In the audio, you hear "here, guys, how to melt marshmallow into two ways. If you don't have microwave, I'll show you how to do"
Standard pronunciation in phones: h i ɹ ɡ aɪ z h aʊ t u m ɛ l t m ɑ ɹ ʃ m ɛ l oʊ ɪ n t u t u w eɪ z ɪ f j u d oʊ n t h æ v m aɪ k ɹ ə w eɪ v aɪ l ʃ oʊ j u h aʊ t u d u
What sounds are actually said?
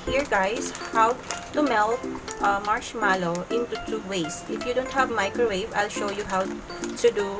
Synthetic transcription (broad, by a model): h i ɹ ɡ aɪ s h aʊ t u m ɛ l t m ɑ ɹ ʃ m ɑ l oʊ ɪ n t u t u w eɪ s ɪ f j u d oʊ n t h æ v m aɪ k ɹ ə w eɪ v aɪ l ʃ oʊ j u h aʊ t u d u